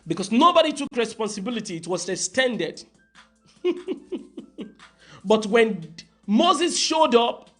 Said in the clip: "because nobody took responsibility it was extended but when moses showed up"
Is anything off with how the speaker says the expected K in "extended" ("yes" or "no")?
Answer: yes